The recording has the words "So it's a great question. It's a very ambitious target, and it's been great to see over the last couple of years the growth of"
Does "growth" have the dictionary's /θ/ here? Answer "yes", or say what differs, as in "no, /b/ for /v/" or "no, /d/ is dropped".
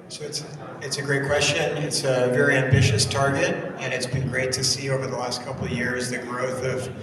yes